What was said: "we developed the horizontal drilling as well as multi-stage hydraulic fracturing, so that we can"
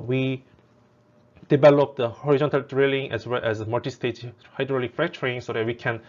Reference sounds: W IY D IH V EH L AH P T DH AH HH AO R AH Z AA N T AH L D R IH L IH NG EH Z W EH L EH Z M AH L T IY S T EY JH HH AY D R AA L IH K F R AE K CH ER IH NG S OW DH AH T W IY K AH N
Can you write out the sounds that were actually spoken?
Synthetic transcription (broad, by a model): W IY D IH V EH L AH P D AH HH AO R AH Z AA N T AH L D R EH L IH NG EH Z W EH L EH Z M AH T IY S T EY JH HH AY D R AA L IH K F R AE K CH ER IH NG S OW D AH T W IY K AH N